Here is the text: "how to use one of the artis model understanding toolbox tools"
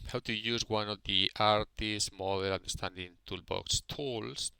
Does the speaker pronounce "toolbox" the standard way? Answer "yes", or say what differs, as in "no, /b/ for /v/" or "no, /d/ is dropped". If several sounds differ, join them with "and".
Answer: yes